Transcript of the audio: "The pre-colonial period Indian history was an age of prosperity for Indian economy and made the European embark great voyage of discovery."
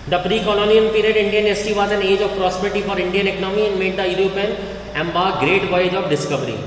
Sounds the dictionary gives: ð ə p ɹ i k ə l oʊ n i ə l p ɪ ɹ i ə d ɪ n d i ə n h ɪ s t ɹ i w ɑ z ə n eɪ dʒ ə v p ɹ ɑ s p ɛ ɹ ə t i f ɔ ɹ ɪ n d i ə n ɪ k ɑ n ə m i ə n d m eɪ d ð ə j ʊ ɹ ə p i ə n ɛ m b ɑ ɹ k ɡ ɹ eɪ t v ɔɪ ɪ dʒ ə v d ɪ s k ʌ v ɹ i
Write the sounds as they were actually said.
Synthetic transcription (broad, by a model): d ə p ɹ i k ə l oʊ n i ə n p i ɹ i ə d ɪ n d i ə n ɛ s t i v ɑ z ə n eɪ dʒ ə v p ɹ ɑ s p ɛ ɹ t i f ɔ ɹ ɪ n d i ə n ɪ k ɑ n ə m i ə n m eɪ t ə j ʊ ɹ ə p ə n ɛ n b ɑ ɡ ɹ eɪ t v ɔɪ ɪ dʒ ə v d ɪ s k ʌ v ɹ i